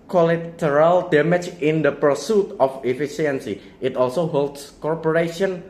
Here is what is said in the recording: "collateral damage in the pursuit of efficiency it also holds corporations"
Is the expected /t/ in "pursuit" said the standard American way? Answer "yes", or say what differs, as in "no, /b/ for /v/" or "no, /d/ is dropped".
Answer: yes